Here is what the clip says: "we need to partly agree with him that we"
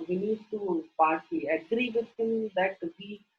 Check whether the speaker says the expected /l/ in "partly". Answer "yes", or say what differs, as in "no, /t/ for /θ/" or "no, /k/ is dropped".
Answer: no, /l/ is dropped